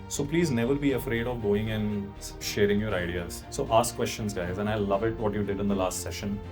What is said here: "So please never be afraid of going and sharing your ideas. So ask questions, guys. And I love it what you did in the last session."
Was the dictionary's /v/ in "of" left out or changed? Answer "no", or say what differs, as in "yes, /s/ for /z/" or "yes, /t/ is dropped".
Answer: no